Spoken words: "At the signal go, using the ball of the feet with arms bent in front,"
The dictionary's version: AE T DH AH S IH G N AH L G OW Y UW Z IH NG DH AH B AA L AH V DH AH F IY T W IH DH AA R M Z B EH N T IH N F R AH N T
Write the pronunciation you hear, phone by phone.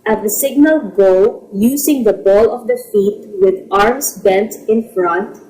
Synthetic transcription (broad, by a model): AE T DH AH S IH G N AH L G OW Y UW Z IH NG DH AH B AA L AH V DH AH F IY T W IH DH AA R M S B EH N T IH N F R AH N T